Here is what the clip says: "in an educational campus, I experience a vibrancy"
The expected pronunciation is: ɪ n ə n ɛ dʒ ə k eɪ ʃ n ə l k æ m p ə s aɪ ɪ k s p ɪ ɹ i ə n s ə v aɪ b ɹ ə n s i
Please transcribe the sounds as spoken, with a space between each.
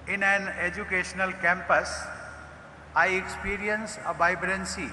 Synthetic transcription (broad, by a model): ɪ n ə n ɛ dʒ ə k eɪ ʃ n ə l k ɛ m p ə s aɪ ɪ k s p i ɹ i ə n s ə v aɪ b ɹ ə n s i